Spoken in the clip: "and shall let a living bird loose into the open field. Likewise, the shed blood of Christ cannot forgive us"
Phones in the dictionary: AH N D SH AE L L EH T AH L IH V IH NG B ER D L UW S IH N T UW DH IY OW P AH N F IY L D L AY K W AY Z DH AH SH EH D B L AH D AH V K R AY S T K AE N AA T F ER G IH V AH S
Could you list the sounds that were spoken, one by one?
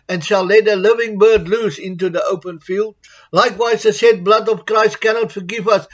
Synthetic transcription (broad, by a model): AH N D SH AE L L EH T AH L IH V IH NG B ER D L UW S IH N T UW DH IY OW P AH N F IY L D L AY K W AY Z DH AH S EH D B L AH D AH V K R AY S T K AE N AA T F ER G IH V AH S